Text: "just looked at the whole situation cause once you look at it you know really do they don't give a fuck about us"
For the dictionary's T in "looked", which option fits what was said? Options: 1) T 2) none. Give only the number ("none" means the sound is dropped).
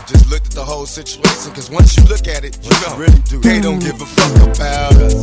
1